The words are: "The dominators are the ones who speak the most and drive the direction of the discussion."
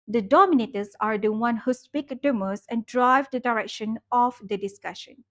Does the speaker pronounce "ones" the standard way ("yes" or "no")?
no